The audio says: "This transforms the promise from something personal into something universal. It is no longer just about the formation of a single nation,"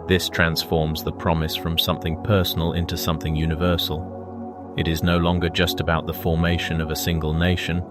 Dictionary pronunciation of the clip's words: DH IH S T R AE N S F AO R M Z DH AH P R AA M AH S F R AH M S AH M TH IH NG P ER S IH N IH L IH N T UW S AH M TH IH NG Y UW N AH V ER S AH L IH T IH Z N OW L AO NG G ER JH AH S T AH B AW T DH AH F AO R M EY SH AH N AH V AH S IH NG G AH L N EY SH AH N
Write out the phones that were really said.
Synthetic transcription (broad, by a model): DH IH S T R AE N S F AO R M Z DH AH P R AA M AH S F R AH M S AH M TH IH NG P ER S N L IH N T UW S AH M TH IH NG Y UW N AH V ER S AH L IH T IH Z N OW L AO NG G ER JH AH S T AH B AW T DH AH F AO R M EY SH AH N AH V AH S IH NG G AH L N EY SH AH N